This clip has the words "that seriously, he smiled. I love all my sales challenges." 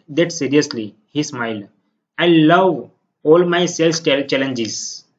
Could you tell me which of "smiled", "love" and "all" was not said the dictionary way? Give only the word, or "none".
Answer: smiled